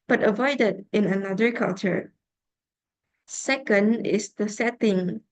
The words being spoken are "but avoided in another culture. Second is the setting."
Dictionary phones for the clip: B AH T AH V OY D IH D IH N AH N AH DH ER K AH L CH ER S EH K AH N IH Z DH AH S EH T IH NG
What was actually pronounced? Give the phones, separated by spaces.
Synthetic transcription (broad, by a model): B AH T AH V OY D IH D IH N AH N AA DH ER K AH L CH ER S EH K AH N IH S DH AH S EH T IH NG